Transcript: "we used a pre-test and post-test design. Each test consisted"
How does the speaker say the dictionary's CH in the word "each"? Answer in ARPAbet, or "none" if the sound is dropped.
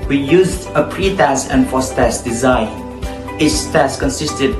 S